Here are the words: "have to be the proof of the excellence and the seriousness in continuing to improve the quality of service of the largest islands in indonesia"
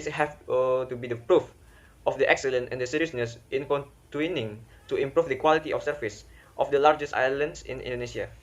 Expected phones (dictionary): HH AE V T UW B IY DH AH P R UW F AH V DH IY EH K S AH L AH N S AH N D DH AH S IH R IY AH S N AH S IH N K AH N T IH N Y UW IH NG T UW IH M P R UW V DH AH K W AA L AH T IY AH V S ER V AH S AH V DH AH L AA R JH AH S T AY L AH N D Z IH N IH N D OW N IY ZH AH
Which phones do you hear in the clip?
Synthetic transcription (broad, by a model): HH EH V T UW B IY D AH P R UW F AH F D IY EH K S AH L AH N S AH N D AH S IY R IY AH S N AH S IH N K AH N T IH N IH NG T UW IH M P R UW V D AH K W AA L AH T IY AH F S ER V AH S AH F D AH L AA R JH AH S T AY L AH N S IH N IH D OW N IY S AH